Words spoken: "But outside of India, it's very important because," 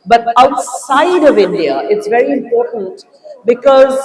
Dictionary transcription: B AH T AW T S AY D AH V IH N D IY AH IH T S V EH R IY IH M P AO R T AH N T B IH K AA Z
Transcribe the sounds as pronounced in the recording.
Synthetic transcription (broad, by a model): B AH T AW T S AY D AH V IH N D IY AH IH T S V EH R IY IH M P AO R T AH N T B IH K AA Z